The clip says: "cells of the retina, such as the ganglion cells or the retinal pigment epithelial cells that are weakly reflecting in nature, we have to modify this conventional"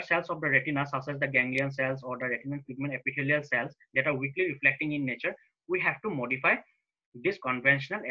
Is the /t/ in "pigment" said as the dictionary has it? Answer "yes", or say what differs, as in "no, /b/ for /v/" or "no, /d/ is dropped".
no, /t/ is dropped